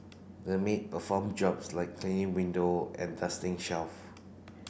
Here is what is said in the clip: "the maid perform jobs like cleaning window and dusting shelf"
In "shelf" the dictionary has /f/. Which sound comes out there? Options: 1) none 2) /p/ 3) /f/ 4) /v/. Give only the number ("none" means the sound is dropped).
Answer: 3